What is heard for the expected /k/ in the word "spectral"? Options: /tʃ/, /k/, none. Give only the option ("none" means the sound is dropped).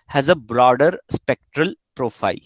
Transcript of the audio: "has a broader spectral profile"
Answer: /k/